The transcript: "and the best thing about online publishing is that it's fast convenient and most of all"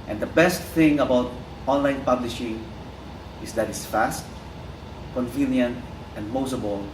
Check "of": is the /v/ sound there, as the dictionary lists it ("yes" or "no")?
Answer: no